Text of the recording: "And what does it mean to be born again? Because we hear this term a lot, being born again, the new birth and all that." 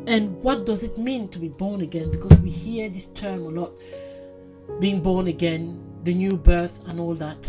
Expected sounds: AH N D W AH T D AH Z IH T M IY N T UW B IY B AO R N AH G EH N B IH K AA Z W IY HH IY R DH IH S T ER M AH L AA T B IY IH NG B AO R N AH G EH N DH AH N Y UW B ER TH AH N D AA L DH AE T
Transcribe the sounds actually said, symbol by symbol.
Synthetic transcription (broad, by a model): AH N W AH T D AH Z IH T M IY N T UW B IY B AO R N AH G EH N B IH K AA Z W IY HH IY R DH IH S T ER M AH L AA T B IY IH NG B AO R N AH G EH N DH AH N Y UW B ER TH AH N AA L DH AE T